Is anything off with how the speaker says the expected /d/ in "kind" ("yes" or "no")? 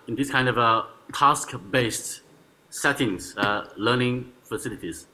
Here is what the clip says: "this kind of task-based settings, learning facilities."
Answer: no